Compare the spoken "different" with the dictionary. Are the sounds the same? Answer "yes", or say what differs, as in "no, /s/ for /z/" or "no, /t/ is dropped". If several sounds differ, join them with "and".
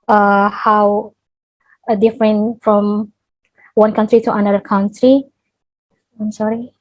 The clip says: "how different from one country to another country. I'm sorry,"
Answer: yes